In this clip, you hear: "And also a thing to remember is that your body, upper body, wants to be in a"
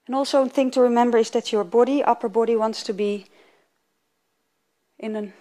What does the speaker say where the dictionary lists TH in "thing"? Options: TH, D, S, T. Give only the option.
TH